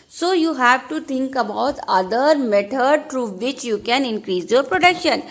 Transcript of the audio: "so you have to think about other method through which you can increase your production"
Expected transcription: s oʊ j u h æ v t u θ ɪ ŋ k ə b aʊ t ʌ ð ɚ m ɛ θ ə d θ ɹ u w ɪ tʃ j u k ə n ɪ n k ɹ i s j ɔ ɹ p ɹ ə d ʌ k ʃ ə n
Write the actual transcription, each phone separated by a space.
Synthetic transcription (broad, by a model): s oʊ j u h æ v t u t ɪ ŋ k ə b aʊ t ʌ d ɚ m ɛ t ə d t ɹ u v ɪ tʃ j u k ə n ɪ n k ɹ i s j ɔ ɹ p ɹ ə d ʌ k ʃ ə n